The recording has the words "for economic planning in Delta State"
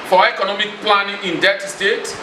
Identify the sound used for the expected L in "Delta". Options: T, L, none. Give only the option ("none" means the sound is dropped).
none